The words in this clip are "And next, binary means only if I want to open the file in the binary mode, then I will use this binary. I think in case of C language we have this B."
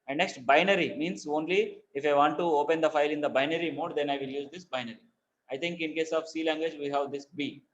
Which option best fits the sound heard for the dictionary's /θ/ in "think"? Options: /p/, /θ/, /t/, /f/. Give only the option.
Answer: /t/